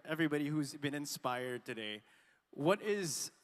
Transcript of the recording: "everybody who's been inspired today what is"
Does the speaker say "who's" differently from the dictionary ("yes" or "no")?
no